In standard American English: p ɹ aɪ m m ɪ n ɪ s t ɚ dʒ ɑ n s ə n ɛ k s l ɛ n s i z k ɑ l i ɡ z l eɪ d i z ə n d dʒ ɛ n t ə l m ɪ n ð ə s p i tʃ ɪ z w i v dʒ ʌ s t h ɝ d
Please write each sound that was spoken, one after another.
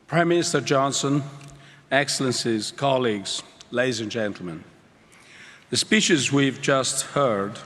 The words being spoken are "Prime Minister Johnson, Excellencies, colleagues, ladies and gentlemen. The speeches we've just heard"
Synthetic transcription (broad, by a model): p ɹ aɪ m m ɪ n ɪ s t ɚ dʒ ɑ n s ə n ɛ k s l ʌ n s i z k ɑ l i ɡ z l eɪ d i z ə n dʒ ɛ n t l m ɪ n ð ə s p i tʃ ɪ z w i v dʒ ʌ s t h ɝ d